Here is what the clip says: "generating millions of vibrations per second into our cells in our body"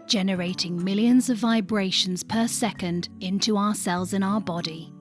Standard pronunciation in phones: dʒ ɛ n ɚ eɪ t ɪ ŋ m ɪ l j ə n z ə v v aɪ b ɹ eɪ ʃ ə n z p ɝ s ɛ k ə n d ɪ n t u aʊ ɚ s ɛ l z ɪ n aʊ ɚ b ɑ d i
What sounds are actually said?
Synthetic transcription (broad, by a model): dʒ ɛ n ɚ eɪ t ɪ ŋ m ɪ l j ə n z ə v v aɪ b ɹ eɪ ʃ ə n z p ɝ s ɛ k ə n d ɪ n t u aʊ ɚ s ɛ l z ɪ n aʊ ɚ b ɑ d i